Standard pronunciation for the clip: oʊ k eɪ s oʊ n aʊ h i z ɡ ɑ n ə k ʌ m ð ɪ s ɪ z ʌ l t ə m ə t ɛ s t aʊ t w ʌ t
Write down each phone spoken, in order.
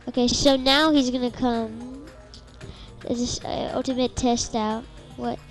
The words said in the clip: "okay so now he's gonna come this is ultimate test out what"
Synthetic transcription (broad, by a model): oʊ k eɪ s oʊ n aʊ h i z ɡ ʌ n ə k ʌ m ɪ ɪ s ʌ l t ə m ə t ɛ s t aʊ t w ʌ t